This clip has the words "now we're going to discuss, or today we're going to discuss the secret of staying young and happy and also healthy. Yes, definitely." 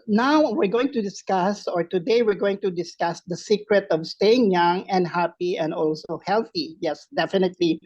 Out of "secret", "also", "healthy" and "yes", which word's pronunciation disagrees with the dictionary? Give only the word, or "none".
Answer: none